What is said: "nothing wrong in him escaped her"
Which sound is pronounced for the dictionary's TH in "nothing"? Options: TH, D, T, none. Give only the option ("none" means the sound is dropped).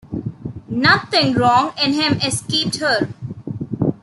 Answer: T